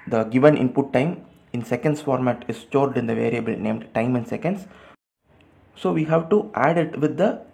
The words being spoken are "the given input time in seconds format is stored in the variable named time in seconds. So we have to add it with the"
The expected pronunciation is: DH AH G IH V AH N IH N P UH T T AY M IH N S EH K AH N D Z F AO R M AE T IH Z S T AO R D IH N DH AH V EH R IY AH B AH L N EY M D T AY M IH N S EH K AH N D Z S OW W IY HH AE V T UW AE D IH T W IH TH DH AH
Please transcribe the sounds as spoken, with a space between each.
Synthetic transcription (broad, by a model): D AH G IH V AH N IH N P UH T T AY M IH N S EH K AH N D S F AO R M AE T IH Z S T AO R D IH N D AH V EH R IY AH B AH L N EY M D T AY M IH N S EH K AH N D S S OW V IY HH AE V T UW AE D IH T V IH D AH